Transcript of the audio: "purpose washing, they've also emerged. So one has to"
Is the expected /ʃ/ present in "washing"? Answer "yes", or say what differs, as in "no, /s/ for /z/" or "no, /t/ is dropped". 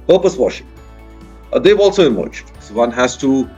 yes